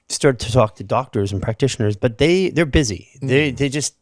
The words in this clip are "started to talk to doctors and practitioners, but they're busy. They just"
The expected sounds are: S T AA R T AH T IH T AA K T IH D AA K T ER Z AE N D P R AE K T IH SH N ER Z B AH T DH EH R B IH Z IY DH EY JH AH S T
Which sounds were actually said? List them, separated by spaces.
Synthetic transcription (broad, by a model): S T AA R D T IH T AA K T IH D AA K T ER Z N P R AE K T IH SH N ER Z B AH T DH EH R B IH Z IY DH EY JH AH S T